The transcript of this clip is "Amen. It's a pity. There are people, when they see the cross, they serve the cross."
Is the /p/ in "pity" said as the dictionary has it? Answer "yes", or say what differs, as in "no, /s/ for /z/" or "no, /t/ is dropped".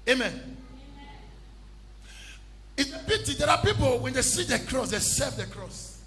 no, /b/ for /p/